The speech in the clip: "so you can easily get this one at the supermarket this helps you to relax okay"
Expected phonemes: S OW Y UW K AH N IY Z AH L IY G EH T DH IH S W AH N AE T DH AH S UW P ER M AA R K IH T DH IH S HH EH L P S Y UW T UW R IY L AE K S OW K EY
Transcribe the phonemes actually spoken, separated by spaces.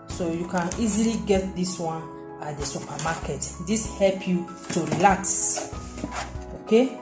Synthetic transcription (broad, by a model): S OW Y UW K AH N IY Z AH L IY G EH T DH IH S W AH N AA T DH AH S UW P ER M AA K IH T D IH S HH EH L P Y UW T UW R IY L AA K S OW K EY